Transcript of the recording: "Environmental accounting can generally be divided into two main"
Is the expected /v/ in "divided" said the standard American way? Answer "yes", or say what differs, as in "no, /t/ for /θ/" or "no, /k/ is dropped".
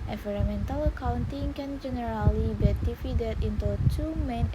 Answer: no, /f/ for /v/